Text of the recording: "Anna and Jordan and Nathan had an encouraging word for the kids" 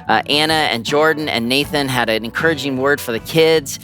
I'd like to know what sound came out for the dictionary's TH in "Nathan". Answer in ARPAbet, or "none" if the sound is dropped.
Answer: TH